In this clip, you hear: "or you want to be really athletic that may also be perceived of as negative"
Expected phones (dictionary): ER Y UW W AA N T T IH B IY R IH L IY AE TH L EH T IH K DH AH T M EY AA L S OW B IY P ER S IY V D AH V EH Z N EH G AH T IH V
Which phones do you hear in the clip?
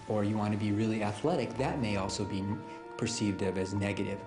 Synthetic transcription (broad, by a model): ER Y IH W AA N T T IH B IY R IH L IY AE TH L EH T IH K DH AH T M EY AA L S OW B IY P ER S IY V D AH V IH Z N EH G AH T IH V